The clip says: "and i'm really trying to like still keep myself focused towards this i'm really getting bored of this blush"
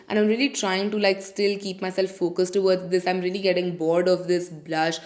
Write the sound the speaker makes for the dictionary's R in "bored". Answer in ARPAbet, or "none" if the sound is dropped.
R